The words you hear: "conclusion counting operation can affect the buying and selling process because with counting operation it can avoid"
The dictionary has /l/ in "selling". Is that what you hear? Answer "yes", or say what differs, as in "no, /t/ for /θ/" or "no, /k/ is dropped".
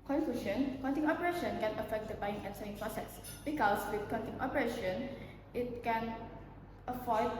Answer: no, /l/ is dropped